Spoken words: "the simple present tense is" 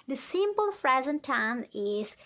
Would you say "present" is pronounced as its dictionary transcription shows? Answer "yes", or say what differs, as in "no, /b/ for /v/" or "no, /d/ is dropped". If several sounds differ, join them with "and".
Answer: no, /f/ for /p/